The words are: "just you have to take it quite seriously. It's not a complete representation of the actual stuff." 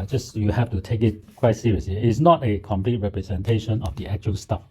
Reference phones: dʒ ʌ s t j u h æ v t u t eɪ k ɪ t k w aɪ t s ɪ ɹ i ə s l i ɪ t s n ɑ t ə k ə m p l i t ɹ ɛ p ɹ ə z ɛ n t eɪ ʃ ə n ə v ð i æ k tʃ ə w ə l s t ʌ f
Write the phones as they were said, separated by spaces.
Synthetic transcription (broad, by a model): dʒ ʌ s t j u h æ f t u t eɪ k ɪ t k w aɪ t s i ɹ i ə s l i ɪ t s n ɑ t ə k ə m p l i t ɹ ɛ p ɹ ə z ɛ n t eɪ ʃ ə n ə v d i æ k tʃ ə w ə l s t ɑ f